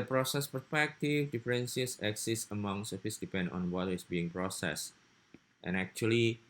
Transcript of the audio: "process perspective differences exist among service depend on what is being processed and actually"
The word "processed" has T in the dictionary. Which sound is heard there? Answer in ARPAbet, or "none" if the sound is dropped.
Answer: T